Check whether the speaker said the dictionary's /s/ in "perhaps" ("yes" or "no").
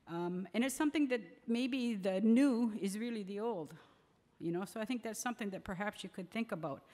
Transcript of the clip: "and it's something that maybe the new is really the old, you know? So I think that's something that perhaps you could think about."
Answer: yes